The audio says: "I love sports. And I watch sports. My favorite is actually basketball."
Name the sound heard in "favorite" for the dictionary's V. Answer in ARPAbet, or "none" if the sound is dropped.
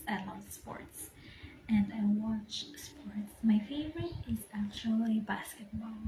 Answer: V